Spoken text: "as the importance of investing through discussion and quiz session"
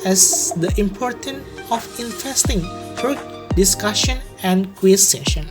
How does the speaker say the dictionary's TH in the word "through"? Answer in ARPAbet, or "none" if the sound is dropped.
F